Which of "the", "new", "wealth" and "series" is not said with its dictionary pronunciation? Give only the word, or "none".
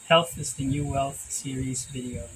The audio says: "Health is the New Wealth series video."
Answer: none